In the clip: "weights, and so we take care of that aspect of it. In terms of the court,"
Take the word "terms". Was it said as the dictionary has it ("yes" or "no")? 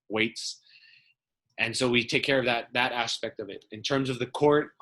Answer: yes